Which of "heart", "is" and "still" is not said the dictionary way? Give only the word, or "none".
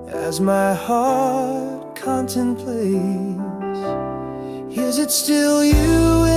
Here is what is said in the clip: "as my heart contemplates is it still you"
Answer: none